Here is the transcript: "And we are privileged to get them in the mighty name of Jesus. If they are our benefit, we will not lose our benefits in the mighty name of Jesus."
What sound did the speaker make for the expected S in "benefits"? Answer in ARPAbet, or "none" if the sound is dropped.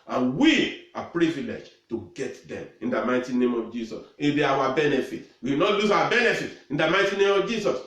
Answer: none